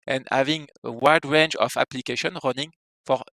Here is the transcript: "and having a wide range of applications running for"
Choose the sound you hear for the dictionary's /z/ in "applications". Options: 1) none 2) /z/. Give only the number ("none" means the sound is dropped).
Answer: 1